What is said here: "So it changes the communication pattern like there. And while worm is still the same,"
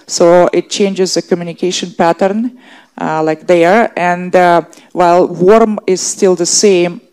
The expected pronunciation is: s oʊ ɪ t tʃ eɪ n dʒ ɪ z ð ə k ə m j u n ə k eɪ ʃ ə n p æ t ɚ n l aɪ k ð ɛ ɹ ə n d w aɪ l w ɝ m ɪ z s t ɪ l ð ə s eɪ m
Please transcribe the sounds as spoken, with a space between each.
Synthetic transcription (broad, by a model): s oʊ ɪ t tʃ eɪ n dʒ ɪ z ð ə k ə m j u n ə k eɪ ʃ ə n p æ t ɚ n l aɪ k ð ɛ ɹ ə n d w aɪ l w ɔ m ɪ z s t ɪ l ð ə s eɪ m